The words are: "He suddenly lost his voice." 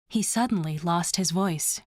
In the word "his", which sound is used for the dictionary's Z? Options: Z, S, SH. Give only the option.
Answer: Z